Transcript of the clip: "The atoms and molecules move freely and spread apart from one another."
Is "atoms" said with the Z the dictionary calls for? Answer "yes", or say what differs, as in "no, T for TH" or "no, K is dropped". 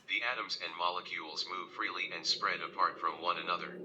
yes